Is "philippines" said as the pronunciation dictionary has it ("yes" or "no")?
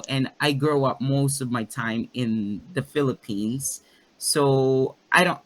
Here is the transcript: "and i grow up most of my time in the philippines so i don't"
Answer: yes